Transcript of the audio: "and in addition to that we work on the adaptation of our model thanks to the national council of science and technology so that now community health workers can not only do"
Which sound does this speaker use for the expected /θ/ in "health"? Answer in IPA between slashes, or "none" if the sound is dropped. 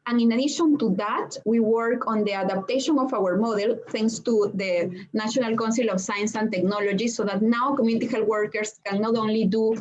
/t/